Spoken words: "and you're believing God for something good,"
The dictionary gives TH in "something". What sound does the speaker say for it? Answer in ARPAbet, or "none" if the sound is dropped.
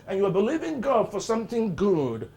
TH